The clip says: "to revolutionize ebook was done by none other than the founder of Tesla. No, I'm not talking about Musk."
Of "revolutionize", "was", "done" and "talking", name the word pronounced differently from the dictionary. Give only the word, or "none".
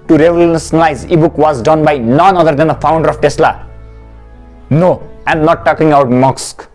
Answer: revolutionize